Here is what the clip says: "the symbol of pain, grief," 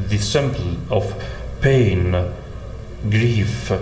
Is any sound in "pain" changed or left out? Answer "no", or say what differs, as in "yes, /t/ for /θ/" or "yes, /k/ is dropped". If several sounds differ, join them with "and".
no